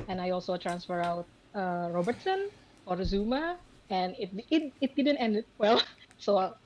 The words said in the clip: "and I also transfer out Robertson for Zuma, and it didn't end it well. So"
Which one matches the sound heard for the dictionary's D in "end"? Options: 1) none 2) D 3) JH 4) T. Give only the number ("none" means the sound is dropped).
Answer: 2